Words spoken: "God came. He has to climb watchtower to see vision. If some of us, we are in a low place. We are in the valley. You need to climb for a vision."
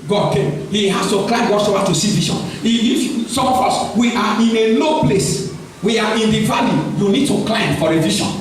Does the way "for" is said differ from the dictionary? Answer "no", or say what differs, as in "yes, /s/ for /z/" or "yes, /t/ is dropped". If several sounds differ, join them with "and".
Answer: no